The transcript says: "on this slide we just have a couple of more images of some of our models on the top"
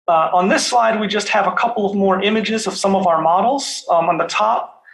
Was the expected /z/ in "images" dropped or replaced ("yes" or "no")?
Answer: no